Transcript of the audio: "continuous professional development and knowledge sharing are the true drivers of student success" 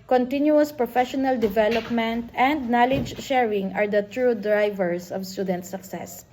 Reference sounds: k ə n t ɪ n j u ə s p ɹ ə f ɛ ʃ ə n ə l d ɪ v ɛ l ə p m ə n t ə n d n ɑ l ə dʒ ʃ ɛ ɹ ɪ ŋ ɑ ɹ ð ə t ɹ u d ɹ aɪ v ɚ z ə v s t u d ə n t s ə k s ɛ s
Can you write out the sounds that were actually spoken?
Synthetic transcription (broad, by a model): k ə n t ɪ n j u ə s p ɹ ə f ɛ ʃ ə n ə l d ɪ v ɛ l ə p m ə n t ə n d n ɑ l ə dʒ ʃ ɛ ɹ ɪ ŋ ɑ ɹ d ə t ɹ u d ɹ aɪ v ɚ s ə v s t u d ə n t s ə k s ɛ s